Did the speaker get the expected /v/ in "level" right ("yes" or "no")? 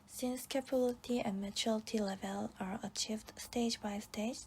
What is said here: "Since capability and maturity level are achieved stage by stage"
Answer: yes